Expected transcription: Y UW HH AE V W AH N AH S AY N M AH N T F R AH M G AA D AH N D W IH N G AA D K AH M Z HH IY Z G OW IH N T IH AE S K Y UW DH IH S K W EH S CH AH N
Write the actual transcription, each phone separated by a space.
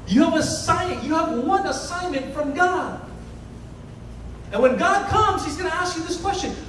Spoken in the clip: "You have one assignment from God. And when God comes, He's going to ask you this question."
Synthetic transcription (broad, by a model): Y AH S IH V W AH N AH S AY N M AH N T F R AH M G AA D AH N W IH N G AA D K AH M Z HH IY Z G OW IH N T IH AE S K Y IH DH IH S K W EH S CH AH N